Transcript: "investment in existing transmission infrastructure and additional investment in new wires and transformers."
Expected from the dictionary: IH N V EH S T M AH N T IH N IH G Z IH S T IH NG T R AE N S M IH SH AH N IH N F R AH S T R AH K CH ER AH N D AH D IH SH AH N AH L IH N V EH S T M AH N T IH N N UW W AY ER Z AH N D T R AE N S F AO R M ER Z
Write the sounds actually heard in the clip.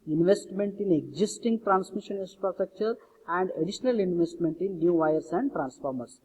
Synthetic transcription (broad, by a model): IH N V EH S T M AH N T IH N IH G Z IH S T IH NG T R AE N S M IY SH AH N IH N P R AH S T AH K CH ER AH N D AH D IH SH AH N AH L IH N V EH S T M AH N T IH N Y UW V AY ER S AH N D T R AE N S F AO R M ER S